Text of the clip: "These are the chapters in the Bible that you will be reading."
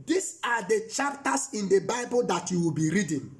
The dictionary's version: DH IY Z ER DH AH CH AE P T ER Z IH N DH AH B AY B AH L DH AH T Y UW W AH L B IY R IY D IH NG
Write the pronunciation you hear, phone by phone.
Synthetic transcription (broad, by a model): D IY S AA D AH CH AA P T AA S IH N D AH B AY B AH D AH T Y UW W AH L B IY R IY D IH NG